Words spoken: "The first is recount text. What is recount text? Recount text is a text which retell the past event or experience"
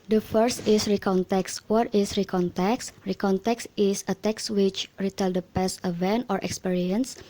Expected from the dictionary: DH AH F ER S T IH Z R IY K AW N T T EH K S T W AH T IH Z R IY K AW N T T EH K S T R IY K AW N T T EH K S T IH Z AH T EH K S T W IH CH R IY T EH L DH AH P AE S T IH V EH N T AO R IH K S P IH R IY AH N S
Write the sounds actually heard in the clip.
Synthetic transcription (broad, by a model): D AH F ER S T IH S R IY K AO N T T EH K S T W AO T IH S R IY K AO N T T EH K S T R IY K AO N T T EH K S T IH S AH T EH K S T W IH CH R IY T EH L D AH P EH S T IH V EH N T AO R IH K S P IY R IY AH N S